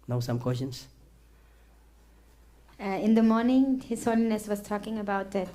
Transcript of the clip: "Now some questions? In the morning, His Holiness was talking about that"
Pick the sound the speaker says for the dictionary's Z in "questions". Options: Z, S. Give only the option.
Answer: S